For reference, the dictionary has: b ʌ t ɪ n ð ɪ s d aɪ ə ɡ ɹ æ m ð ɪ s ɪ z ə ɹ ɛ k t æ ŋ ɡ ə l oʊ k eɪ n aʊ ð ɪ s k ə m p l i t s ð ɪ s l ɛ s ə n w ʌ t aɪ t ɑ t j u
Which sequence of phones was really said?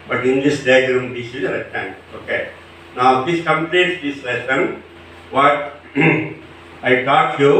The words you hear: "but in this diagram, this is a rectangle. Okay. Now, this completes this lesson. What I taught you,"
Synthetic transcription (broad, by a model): b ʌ t ɪ n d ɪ s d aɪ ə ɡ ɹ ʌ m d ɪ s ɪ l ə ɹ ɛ t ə n oʊ k eɪ n aʊ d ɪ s k ə m p l i t s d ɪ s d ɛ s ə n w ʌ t aɪ t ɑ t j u